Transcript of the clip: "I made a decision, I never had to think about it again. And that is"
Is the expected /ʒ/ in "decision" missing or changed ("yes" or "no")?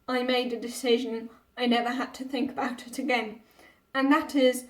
no